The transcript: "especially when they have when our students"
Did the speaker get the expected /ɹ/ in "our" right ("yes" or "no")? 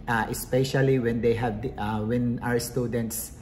yes